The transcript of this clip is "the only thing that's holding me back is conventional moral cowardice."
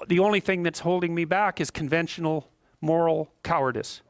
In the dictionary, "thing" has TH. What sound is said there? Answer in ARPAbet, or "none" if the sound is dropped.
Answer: TH